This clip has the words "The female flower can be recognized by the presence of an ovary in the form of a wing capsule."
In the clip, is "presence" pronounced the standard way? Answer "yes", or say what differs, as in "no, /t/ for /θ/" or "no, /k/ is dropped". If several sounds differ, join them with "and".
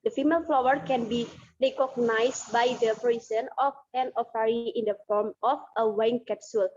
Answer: no, /s/ is dropped